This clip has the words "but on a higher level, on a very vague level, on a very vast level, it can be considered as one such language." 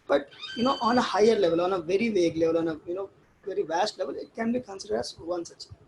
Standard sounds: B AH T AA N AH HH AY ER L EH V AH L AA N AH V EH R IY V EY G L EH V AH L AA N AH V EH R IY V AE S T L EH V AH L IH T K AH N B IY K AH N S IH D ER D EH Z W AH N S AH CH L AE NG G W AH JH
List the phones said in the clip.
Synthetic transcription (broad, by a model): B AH T AA N AH HH AY ER L EH V AH L AA N AH V EH R IY V EY G L EH V AH L AA N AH V EH R IY V AE S T L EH V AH L IH T K AH N B IY K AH N S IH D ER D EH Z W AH N S AH CH